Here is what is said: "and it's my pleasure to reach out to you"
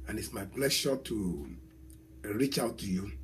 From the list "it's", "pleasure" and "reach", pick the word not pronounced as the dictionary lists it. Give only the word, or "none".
pleasure